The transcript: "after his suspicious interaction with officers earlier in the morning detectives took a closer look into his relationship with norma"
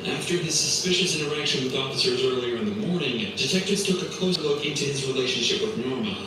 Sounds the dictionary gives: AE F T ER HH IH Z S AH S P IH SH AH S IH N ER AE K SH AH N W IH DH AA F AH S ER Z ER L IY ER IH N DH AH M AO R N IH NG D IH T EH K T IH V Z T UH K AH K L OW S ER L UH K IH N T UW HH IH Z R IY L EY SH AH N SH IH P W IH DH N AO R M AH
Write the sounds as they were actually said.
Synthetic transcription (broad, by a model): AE F T ER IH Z S AH S P IH SH AH S IH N ER AE K SH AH N W IH DH AA F AH S ER Z ER L IY ER IH N DH AH M AO R N IH NG D IH T EH K T IH V Z T UH K AH K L OW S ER L UH K IH N T UW IH Z R IY L EY SH AH N SH IH P W IH DH N AO R M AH